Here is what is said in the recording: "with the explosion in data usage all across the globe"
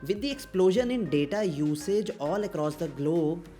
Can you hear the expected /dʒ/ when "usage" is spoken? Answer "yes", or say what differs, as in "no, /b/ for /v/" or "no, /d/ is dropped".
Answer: yes